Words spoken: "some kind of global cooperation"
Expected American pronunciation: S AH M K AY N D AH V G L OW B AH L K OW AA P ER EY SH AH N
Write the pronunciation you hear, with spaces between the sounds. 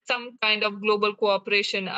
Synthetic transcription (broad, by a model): S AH M K AY N D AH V G L OW B AH L K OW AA P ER EY SH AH N